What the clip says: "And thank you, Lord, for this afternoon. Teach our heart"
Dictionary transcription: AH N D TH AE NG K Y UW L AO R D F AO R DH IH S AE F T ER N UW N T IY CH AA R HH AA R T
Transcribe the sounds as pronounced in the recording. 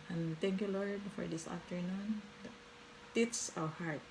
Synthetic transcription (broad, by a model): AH N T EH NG K Y UW L AO R D F AO R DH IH S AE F T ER N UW N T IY S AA W HH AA R T